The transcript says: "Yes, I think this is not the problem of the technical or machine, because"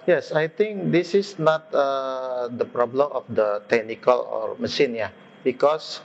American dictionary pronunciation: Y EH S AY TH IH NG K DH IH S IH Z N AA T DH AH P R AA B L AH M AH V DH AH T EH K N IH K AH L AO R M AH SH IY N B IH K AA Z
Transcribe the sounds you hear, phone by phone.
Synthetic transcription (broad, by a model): Y EH S AY T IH NG K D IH S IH S N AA T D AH P R AA B L AH M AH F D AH T EH K N IH K AH L AO R M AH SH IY N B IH K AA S